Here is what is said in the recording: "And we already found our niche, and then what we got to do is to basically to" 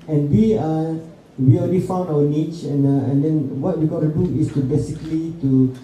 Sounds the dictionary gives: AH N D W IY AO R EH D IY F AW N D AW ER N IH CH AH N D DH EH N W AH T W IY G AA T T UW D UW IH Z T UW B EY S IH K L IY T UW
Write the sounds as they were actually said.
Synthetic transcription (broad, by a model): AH N W IY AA W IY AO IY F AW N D AW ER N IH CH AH N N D EH N W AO T W IY G AA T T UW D UW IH S T UW B EY S IH K L IY T UW